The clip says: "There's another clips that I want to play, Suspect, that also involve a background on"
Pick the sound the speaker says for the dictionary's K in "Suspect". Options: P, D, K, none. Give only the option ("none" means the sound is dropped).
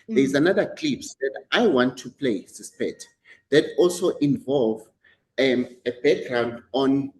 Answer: none